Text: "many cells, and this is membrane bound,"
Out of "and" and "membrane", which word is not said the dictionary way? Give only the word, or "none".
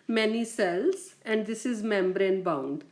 none